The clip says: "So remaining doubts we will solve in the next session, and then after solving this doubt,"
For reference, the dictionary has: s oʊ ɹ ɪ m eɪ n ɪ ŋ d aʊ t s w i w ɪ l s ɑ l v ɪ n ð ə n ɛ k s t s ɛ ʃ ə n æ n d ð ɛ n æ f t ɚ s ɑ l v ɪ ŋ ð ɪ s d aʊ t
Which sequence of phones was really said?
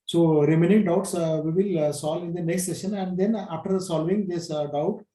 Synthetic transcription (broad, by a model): s oʊ ɹ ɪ m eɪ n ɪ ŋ d aʊ t s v i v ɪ l s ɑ l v ɪ n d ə n ɛ k s t s ɛ ʃ ə n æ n d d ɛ n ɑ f t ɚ s ɑ l v ɪ ŋ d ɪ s d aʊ t